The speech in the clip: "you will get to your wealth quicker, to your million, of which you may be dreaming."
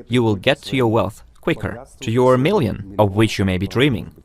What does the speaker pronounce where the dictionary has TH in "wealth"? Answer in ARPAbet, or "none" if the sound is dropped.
TH